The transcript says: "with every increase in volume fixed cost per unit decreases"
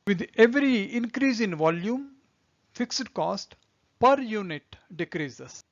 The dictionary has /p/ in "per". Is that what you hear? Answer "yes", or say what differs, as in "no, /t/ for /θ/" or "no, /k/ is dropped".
yes